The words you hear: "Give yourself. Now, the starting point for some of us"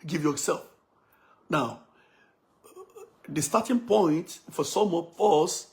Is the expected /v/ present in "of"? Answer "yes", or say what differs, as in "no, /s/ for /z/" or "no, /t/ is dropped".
no, /p/ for /v/